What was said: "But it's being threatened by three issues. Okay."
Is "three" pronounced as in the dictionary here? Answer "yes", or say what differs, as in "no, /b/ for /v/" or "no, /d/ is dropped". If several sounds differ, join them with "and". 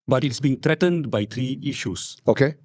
no, /t/ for /θ/